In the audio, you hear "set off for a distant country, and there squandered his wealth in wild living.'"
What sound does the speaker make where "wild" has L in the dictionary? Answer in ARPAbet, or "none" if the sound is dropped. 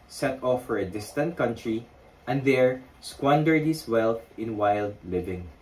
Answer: L